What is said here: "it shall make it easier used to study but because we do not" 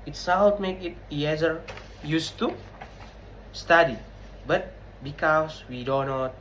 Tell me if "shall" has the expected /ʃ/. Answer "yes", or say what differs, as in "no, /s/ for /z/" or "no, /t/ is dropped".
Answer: no, /s/ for /ʃ/